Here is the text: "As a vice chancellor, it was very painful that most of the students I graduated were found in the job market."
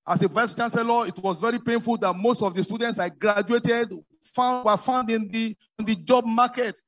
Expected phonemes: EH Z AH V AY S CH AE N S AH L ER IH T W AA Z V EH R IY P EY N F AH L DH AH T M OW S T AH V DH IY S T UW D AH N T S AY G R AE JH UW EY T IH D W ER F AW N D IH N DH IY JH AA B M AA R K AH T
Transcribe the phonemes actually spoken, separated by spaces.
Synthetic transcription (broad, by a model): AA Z AH V AY S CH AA N S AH L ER IH T W AA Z V EH R IY P EY N F AH L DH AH T M OW S T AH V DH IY S T UW D AH N T S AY G R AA JH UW EY T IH D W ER F AW N D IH N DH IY JH AA B M AA K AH T